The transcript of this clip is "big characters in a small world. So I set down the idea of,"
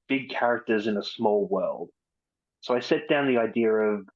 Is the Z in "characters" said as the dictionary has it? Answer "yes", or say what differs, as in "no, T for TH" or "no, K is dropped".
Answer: yes